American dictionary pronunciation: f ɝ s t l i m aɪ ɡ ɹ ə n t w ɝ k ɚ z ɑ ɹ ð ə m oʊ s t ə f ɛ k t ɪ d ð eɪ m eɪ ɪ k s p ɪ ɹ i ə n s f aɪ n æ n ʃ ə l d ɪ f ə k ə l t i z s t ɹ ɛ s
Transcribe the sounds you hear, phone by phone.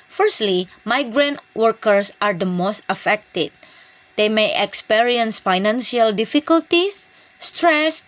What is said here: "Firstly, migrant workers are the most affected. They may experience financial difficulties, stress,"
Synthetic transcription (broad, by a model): f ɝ s t l i m aɪ ɡ ɹ ə n t w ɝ k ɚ s ɑ ɹ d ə m oʊ s t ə f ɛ k t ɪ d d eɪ m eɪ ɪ k s p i ɹ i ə n s f aɪ n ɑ n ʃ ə l d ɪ f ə k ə l t i s t ɹ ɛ s